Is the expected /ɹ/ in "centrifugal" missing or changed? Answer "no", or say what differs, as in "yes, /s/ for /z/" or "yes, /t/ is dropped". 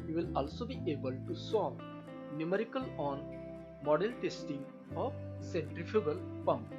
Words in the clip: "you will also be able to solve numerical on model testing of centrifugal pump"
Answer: no